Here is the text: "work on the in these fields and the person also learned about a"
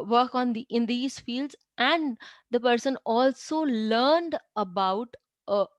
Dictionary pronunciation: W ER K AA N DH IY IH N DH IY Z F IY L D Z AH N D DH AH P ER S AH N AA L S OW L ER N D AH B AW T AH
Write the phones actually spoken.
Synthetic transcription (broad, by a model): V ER K AA N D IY IH N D IY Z F IY L D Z AH N D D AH P ER S AH N AA L S OW L ER N D AH B AW T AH